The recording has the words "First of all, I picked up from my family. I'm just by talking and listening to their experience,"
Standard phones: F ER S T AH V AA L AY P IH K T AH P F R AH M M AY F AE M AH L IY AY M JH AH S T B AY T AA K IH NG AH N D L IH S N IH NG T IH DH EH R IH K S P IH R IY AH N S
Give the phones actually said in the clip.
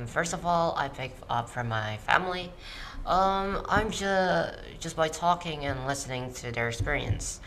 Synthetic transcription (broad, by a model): F ER S T AH V AA L AY P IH K AH P F R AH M M AY F AE M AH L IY AY M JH AH S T B AY T AA K IH NG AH N L IH S N IH NG T IH DH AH R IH K S P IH R IY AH N S